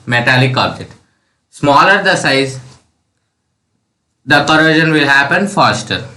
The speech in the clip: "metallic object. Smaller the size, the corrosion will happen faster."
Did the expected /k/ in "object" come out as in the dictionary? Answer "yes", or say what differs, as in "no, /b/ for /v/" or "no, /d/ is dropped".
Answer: no, /k/ is dropped